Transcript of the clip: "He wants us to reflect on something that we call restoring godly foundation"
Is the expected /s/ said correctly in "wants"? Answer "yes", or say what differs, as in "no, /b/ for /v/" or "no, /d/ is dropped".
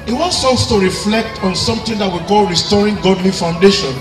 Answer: yes